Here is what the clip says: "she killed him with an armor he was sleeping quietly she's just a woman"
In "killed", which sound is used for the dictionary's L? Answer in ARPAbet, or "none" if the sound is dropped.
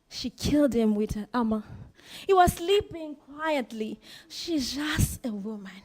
L